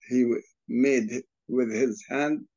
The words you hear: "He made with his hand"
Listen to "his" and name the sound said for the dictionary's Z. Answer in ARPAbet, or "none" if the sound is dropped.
Z